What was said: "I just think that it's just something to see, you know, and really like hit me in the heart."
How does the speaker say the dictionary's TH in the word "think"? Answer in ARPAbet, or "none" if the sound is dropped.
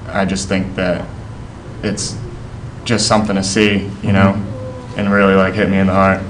TH